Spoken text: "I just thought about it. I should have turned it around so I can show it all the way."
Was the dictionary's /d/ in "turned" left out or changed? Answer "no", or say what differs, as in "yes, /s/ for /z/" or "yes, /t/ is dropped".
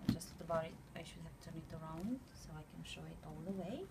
yes, /d/ is dropped